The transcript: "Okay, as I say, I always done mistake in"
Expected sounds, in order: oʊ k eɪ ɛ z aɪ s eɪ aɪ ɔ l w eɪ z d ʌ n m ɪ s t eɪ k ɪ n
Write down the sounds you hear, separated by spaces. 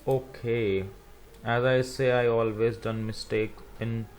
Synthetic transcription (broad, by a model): oʊ k eɪ ɛ z aɪ s eɪ aɪ ɔ l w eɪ z d ʌ n m ɪ s t eɪ k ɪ n